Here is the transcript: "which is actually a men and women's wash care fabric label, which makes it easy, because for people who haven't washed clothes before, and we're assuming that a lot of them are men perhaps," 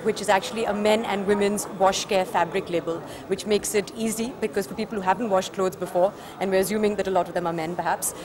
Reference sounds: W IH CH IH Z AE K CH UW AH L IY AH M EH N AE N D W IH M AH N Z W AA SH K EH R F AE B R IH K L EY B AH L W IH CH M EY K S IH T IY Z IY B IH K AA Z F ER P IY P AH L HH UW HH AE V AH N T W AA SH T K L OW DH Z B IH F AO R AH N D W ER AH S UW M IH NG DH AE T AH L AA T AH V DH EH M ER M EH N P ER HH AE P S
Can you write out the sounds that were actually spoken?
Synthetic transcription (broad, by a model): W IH CH IH Z AE K CH UW AH L IY AH M EH N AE N D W IH M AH N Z W AA SH K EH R F AE B R IH K L EY B AH L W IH CH M EY K S IH T IY Z IY B IH K AA Z F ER P IY P AH L HH UW HH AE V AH N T W AA SH T K L OW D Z B IH F AO R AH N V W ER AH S UW M IH NG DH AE T AH L AA T AH V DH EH M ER M EH N P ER HH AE P S